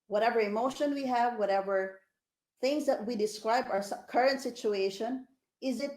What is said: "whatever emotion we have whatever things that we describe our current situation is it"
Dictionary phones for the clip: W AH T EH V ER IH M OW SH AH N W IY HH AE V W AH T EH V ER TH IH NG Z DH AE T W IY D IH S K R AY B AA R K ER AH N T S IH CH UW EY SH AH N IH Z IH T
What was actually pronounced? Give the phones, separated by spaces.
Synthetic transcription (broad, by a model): W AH T EH V ER IH M OW SH AH N W IY HH AE V W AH T EH V ER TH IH NG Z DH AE T W IY D IH S K R AY B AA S K ER AH N T S IH CH UW EY SH AH N IH Z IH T